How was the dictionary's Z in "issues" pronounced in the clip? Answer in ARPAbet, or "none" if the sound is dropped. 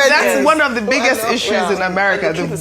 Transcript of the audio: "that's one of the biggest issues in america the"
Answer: Z